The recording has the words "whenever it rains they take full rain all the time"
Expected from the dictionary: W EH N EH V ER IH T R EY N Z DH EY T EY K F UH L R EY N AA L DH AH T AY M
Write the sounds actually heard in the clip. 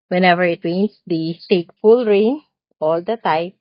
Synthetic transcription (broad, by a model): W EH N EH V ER IH T W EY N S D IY T EY K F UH L R EY N AA L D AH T AY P